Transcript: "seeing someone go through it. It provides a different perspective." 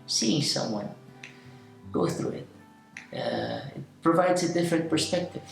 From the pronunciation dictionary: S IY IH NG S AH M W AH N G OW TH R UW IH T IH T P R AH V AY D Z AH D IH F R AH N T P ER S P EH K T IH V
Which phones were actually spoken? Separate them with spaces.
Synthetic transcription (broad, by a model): S IY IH NG S AH M W AH N G OW TH R UW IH T IH T P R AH V AY D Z AH D IH F R AH N T P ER S P EH K T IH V